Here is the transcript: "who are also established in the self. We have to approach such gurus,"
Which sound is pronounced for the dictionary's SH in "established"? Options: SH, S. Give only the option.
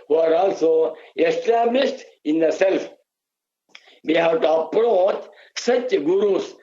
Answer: S